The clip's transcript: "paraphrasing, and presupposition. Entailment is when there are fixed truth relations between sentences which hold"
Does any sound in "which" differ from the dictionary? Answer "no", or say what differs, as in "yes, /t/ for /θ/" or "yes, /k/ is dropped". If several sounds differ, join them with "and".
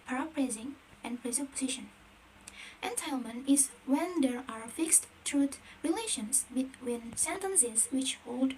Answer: no